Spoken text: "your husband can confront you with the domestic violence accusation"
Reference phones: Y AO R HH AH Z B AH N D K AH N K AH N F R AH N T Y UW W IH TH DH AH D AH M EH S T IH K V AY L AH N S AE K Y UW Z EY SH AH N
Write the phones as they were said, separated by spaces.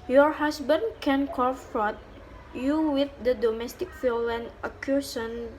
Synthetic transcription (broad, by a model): Y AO R HH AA S B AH N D K AH N K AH F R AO T Y UW W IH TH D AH D AH M EH S T IH K F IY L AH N AH K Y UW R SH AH N